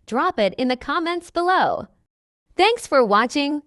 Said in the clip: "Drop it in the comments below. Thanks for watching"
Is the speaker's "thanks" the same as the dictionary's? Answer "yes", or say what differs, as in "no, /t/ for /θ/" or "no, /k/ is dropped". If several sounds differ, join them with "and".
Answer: yes